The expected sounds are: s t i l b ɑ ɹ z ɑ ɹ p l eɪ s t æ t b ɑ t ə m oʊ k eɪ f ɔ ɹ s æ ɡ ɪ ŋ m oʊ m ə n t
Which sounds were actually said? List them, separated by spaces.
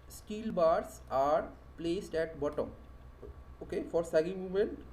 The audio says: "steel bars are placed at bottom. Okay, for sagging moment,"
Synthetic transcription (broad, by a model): s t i l b ɑ ɹ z ɑ ɹ p l eɪ s t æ t b ɑ t ə m oʊ k eɪ f ɔ ɹ s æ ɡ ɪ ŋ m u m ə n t